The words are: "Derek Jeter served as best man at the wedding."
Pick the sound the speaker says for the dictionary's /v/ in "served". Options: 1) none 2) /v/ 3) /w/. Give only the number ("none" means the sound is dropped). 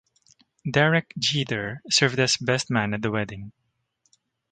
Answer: 2